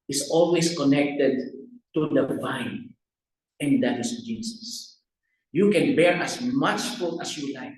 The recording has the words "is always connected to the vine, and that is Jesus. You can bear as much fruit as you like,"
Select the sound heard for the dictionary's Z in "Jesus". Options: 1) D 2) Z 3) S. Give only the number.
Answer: 3